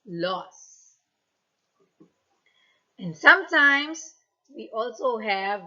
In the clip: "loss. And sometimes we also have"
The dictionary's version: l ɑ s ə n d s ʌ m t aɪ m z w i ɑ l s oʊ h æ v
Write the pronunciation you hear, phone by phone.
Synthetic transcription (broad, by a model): l ɑ s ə n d s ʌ m t aɪ m s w i ɑ l s oʊ h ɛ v